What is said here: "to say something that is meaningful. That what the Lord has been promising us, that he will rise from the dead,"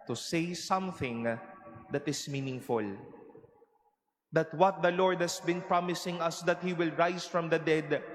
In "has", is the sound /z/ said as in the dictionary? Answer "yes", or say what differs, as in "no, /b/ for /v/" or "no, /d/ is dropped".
no, /s/ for /z/